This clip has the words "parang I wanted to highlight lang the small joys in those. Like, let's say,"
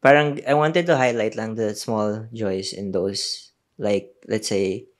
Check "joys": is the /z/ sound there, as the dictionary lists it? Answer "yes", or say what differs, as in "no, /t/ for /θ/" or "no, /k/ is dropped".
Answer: no, /s/ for /z/